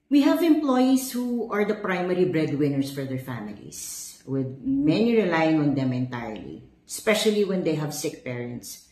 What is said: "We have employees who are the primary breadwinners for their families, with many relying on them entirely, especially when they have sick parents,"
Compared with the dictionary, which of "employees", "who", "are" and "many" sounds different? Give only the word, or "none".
employees